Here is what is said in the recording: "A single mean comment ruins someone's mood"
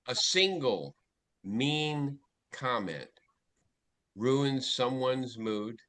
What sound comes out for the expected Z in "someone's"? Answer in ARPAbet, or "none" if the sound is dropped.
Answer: Z